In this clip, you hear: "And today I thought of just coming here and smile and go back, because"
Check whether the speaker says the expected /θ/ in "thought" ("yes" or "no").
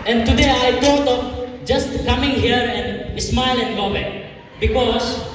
no